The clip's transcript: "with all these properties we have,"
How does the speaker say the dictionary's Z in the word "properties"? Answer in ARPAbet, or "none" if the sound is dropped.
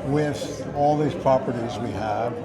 Z